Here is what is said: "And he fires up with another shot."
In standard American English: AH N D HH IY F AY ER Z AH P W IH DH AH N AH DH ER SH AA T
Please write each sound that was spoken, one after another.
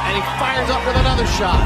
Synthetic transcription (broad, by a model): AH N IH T F AY ER Z AH P W IH DH AH N AH DH ER SH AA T